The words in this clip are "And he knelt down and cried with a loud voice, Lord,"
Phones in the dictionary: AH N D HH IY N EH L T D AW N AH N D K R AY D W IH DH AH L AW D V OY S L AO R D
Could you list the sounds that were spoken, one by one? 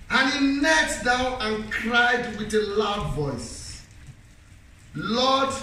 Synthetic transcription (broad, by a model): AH N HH IY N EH T D AW N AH N K R AY D W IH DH AH L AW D V OY S L AO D